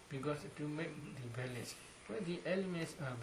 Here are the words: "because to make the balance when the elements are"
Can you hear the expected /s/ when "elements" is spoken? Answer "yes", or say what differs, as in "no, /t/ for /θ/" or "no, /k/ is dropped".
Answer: yes